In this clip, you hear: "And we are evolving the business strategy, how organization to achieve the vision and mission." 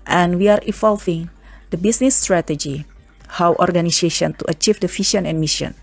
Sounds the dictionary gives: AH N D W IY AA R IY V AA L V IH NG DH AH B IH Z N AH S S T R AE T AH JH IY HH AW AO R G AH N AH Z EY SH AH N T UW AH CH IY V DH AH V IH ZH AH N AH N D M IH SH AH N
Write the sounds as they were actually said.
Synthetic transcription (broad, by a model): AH N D W IY AA R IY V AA L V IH NG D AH B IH S N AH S S T R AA T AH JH IY HH AW AO R G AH N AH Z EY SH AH N T UW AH CH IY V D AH F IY SH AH N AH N M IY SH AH N